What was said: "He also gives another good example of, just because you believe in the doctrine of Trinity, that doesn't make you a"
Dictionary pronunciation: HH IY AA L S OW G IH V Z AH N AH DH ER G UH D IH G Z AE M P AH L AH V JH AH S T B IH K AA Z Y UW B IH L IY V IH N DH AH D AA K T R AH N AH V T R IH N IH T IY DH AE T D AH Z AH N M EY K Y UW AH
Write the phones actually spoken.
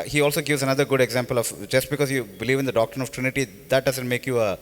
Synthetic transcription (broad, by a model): HH IY AA L S OW G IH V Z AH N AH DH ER G UH D IH G Z AE M P AH L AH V JH AH S T B IH K AA Z Y UW B IH L IY V IH N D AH D AA K T R AH N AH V T R IH N IH T IY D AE T D AH Z AH N M EY K Y UW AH